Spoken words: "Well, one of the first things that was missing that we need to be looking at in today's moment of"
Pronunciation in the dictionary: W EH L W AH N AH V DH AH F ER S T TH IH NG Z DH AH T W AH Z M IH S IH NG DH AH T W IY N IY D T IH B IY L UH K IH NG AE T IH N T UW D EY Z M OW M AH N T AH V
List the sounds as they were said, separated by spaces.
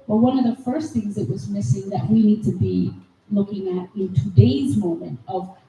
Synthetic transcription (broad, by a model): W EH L W AH N AH V DH AH F ER S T TH IH NG Z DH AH T W AH Z M IH S IH NG DH AH T W IY N IY D T IH B IY L UH K IH NG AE T IH N T UW D EY Z M OW M AH N T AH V